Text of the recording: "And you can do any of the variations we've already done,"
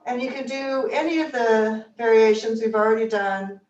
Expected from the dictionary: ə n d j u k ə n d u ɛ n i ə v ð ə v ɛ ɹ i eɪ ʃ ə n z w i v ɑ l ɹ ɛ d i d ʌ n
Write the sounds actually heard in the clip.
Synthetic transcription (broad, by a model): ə n j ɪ k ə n d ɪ ɛ n i ə v ð ə v ɛ ɹ i eɪ ʃ ə n z w i v l ɹ ɛ d i d ʌ n